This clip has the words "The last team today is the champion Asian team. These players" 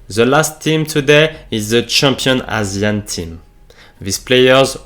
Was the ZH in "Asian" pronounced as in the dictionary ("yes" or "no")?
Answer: no